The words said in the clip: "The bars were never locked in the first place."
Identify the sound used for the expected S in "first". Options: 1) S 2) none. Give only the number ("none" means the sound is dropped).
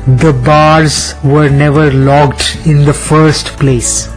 1